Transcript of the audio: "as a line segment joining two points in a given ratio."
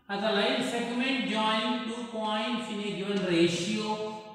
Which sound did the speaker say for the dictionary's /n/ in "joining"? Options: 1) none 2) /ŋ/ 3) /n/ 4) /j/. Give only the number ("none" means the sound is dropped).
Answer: 1